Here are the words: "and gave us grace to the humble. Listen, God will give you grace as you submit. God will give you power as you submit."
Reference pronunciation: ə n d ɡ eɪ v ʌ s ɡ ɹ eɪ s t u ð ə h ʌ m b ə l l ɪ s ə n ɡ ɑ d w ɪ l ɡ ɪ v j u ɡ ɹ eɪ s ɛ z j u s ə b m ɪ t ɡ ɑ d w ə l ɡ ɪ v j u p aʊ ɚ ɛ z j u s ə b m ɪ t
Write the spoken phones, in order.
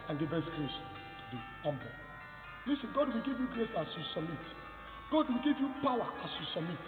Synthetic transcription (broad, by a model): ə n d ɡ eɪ b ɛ s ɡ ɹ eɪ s t u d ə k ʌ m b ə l l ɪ s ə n ɡ ɑ d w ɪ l ɡ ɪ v j u ɡ ɹ eɪ s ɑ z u s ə m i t ɡ ɑ d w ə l ɡ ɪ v j u p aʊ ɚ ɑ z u s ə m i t